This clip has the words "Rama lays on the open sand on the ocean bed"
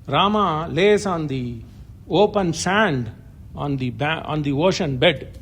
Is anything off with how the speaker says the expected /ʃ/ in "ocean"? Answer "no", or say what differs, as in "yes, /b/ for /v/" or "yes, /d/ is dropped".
no